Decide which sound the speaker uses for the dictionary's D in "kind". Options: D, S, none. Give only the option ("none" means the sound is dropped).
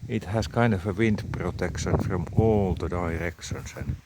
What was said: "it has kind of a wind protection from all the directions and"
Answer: D